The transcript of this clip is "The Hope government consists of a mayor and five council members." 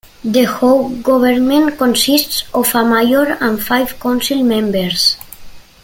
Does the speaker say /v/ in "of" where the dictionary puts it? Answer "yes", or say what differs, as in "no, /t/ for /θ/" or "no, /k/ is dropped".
no, /f/ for /v/